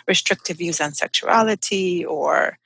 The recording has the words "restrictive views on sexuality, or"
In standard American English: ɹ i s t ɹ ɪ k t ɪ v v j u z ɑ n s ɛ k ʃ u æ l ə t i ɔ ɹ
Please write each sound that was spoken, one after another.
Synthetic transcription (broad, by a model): ɹ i s t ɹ ɪ k t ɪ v v j u z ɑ n s ɛ k ʃ u æ l ə t i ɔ ɹ